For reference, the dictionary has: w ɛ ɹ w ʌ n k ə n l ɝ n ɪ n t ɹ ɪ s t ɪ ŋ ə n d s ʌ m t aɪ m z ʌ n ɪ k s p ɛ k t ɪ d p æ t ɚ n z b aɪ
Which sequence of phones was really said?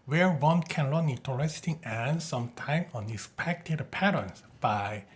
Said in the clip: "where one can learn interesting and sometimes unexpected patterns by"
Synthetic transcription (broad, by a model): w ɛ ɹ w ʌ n k ə n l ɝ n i t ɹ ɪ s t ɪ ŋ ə n s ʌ m t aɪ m ʌ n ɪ s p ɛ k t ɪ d p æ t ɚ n s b aɪ